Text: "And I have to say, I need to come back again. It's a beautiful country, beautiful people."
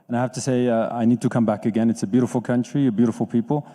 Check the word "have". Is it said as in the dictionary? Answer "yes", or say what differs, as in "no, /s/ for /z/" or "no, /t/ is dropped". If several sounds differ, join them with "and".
no, /f/ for /v/